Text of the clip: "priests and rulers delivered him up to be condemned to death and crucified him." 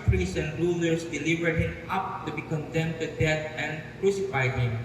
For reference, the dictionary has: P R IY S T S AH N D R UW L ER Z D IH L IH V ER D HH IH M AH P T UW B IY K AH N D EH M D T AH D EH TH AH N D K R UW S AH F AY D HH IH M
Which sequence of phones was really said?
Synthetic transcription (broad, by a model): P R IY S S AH N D R UW L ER S D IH L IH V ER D HH IH M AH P T UW B IY K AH N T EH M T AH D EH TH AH N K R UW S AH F AY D HH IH M